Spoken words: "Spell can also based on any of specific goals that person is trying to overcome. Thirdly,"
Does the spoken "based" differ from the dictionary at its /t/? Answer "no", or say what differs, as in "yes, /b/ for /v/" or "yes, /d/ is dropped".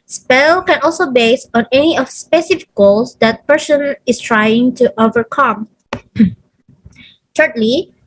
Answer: yes, /t/ is dropped